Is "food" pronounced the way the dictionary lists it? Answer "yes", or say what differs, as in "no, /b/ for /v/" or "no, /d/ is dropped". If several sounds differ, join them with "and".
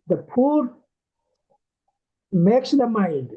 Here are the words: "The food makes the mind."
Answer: no, /p/ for /f/